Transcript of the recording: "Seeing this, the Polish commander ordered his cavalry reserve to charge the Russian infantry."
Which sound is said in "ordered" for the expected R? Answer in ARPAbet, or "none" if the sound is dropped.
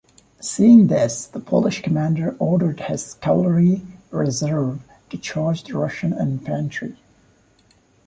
R